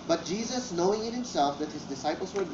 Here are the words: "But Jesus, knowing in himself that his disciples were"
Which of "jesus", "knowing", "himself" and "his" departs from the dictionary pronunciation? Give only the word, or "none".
none